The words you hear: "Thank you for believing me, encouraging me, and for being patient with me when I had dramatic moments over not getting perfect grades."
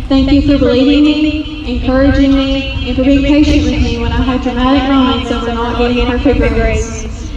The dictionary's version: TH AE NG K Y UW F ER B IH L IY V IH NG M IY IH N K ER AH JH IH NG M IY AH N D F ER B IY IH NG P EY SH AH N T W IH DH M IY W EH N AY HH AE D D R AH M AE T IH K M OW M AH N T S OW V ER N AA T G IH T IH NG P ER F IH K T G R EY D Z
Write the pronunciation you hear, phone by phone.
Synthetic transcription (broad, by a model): TH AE NG K Y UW F ER B IH L IY V IH NG M IY IH N K ER AH JH IH NG M IY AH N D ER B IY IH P EY SH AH N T W IH DH M IY W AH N AY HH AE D D R AH M AE T IH K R OW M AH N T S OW W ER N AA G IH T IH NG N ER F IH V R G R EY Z